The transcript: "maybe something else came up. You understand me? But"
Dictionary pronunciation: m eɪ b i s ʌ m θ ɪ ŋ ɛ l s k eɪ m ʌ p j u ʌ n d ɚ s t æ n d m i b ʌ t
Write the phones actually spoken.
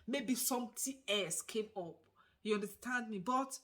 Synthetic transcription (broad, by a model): m eɪ b i s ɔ m t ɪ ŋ ɛ l s k eɪ m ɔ p j u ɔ n d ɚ s t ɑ n d m i b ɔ t